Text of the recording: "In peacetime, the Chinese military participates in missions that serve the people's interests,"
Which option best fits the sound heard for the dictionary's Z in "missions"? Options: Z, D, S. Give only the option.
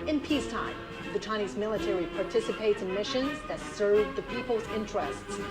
Z